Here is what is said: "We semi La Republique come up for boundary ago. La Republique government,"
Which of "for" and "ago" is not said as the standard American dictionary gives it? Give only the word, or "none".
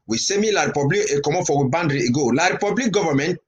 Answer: for